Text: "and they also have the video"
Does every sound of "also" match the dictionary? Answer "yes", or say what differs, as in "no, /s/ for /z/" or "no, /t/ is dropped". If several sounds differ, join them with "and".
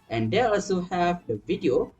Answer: yes